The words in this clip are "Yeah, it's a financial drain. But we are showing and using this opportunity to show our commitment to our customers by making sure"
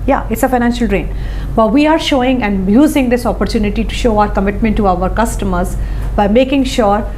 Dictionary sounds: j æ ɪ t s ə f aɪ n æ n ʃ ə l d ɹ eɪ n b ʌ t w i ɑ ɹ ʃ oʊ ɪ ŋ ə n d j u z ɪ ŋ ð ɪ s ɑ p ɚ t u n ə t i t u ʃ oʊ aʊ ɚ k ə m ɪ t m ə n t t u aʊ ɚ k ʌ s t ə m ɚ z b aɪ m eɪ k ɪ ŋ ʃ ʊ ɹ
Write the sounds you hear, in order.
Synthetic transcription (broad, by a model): j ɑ ɪ t s ə f aɪ n æ n ʃ ə l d ɹ eɪ n b ʌ t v i ɑ ɹ ʃ oʊ ɪ ŋ ə n d j u z ɪ ŋ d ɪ s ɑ p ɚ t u n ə t i t u ʃ oʊ aʊ ɚ k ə m ɪ t m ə n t t u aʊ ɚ k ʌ s t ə m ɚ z b aɪ m eɪ k ɪ ŋ ʃ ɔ ɹ